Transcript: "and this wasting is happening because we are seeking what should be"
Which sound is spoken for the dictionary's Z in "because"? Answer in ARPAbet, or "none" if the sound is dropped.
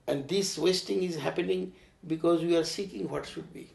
Z